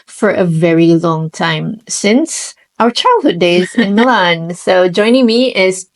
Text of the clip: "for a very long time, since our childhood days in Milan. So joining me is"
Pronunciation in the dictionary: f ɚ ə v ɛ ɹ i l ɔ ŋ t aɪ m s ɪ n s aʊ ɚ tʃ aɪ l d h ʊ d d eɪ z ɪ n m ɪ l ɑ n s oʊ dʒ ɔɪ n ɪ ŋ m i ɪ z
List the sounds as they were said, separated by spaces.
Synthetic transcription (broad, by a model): f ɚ ə v ɛ ɹ i l ɔ ŋ t aɪ m s ɪ n s aʊ ɚ tʃ aɪ l d h ʊ d d eɪ z ɪ n m ɪ l ɑ n s oʊ dʒ ɔɪ n ɪ ŋ m i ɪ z